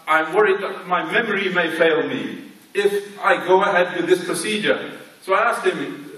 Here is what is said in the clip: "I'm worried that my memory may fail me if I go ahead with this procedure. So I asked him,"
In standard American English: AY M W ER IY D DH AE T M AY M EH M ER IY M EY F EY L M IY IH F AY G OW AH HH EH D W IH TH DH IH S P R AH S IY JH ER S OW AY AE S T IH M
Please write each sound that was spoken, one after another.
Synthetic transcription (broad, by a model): AY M W ER IY D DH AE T M AY M EH M ER IY M EY F EY L M IY IH F AY G OW AH HH EH D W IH DH IH S P R AH S IY JH ER S OW AY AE S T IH M